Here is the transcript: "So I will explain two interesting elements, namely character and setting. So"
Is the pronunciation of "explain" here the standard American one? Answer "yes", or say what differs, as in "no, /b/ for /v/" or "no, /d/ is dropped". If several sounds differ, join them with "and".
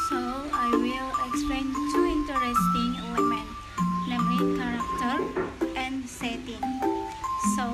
no, /l/ is dropped